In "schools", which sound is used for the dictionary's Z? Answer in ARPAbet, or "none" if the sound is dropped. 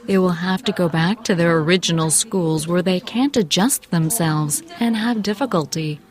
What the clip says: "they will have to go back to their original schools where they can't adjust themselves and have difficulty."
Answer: Z